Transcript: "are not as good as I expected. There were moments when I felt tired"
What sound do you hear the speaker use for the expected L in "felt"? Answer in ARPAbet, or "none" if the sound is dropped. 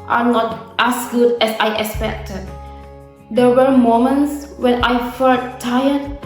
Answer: none